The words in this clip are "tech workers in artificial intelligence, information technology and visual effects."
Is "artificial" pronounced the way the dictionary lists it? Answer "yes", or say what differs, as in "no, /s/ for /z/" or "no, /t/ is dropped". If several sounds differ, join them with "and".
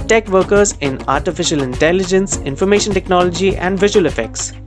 yes